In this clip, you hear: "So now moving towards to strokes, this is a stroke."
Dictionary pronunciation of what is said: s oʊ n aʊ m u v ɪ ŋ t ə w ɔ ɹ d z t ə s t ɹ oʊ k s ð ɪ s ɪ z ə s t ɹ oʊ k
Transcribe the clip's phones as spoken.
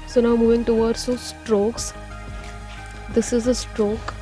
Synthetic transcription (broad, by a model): s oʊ n aʊ m u v ɪ ŋ t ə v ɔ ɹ d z s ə s t ɹ oʊ k s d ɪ s ɪ z ə s t ɹ oʊ k